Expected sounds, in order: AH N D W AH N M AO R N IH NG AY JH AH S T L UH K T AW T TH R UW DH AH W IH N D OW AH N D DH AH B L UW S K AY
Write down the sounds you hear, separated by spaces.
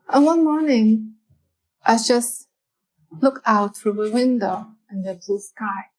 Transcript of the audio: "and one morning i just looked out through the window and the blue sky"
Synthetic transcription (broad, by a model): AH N W AH N M AO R N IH NG AY JH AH S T L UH K AW T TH R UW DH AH W IH N D OW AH N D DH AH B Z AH S K AY